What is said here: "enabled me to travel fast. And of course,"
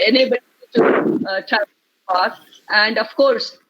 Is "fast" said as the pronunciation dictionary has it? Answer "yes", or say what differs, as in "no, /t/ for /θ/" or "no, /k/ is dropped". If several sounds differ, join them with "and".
no, /s/ is dropped